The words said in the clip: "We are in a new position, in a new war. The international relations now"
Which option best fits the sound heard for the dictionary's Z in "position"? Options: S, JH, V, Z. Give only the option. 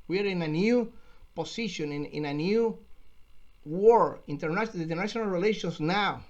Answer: S